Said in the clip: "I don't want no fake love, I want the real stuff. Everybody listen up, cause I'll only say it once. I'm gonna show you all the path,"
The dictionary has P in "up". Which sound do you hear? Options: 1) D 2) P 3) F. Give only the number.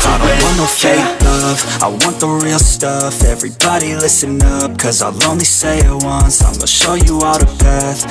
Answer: 2